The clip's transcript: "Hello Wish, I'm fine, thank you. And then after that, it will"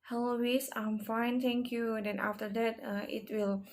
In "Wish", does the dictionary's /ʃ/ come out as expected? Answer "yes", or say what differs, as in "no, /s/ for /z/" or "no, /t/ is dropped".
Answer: no, /s/ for /ʃ/